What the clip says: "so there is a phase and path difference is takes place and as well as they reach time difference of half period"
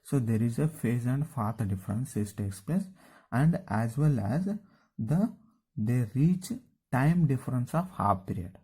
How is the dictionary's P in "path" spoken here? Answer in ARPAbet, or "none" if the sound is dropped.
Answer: F